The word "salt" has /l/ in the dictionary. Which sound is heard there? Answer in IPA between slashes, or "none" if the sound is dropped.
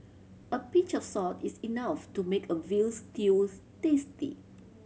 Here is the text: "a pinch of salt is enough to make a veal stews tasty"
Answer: none